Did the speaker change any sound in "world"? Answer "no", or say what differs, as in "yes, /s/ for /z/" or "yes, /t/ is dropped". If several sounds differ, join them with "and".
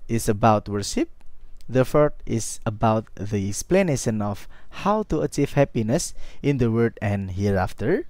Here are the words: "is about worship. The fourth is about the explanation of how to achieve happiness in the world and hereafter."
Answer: yes, /l/ is dropped